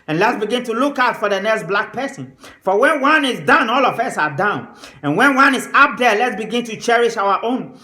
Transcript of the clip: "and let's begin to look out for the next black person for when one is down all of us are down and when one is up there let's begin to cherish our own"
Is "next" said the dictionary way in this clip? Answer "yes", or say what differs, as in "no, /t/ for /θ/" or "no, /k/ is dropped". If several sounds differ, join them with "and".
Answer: yes